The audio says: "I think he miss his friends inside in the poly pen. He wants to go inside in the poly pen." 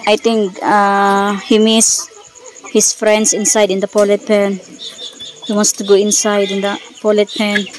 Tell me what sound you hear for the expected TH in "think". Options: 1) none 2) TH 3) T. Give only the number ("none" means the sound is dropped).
3